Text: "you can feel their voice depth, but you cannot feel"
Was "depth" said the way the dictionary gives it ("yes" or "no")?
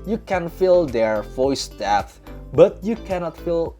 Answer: no